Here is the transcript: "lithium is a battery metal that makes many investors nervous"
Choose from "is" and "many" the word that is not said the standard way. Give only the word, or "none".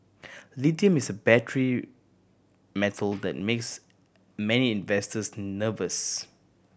is